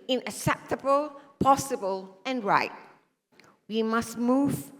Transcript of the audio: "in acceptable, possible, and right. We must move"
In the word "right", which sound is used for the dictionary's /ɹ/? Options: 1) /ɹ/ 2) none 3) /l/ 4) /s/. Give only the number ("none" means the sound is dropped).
1